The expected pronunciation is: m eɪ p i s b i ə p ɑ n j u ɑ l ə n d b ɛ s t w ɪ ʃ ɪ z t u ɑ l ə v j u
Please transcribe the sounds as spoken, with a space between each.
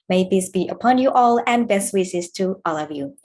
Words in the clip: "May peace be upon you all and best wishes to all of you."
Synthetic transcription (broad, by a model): m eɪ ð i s b i ə p ɑ n j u ɑ l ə n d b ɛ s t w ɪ s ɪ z t u ɑ l ə v j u